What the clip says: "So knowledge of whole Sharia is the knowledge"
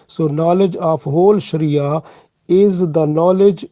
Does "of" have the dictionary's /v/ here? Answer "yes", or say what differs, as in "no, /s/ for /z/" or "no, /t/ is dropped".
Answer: no, /p/ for /v/